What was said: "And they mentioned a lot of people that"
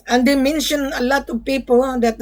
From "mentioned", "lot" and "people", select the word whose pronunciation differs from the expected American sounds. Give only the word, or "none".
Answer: mentioned